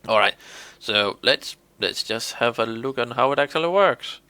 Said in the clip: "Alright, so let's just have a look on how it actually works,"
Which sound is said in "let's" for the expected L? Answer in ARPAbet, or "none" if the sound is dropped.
L